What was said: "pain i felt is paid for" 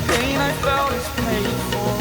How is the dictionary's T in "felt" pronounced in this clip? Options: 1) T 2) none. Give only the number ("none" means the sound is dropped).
2